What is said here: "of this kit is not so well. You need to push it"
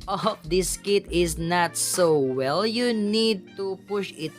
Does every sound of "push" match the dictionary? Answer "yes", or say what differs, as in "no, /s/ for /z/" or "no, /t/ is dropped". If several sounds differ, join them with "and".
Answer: yes